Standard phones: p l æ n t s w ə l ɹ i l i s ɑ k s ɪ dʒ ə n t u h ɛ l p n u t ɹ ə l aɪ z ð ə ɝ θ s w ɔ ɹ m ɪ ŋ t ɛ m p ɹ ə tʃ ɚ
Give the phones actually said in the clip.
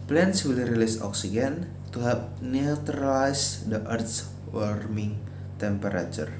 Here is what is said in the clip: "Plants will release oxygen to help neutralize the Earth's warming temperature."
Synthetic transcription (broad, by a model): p l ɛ n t s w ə l ɹ i l i s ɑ k s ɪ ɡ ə n t u h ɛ p n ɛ t ɹ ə l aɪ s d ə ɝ t s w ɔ ɹ m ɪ ŋ t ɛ m p ɹ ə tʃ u